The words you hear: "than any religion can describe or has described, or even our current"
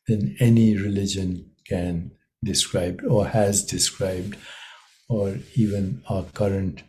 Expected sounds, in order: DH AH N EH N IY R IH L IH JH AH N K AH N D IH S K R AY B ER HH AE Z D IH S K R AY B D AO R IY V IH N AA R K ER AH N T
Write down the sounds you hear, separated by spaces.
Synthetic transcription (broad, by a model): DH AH N EH N IY R IH L IH JH AH N K AH N D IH S K R AY B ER HH AE Z D IH S K R AY B D AO R IY V IH N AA K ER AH N T